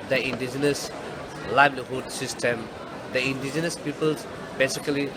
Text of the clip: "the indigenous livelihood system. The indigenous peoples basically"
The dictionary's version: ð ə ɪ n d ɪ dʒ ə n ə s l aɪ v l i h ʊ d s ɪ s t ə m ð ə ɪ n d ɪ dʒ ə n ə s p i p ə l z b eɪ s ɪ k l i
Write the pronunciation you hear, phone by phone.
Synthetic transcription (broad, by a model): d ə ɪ n d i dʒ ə n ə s l aɪ b l i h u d s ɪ s t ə m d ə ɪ n d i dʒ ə n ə s p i p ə l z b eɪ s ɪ k l i